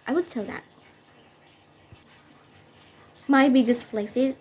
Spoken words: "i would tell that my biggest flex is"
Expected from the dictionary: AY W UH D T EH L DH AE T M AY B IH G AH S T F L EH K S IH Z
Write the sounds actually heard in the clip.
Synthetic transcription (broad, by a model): AY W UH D T EH L DH AE T M AY B IH G AH S T P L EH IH S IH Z